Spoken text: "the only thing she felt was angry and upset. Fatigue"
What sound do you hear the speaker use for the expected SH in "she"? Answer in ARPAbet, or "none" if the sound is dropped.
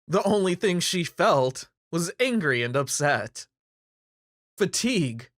SH